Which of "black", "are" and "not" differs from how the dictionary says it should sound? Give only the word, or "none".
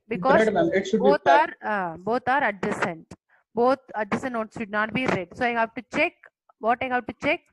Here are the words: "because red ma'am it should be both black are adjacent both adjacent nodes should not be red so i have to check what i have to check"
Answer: black